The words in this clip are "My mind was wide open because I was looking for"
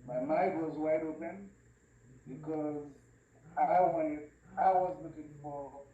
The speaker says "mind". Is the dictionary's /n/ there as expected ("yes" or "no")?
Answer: no